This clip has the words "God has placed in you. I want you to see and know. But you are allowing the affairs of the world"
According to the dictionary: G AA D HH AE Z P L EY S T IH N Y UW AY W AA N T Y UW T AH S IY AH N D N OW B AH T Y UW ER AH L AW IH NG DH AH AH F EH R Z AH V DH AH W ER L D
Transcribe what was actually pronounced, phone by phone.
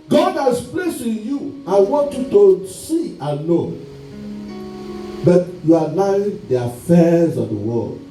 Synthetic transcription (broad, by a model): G AA D HH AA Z P L EY S IH N Y UW AY W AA N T Y UW T AH S IY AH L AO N B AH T Y UW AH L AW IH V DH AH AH F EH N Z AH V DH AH W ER L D